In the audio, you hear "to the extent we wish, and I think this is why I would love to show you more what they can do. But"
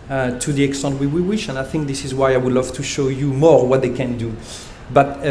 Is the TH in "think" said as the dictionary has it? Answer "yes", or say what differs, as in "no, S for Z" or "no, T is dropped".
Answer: yes